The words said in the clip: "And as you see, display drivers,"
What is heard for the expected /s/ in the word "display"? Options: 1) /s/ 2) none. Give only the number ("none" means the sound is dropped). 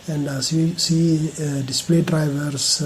1